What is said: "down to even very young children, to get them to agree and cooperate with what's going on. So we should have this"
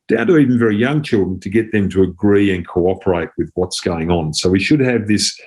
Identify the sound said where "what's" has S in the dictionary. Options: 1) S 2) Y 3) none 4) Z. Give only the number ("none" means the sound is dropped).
1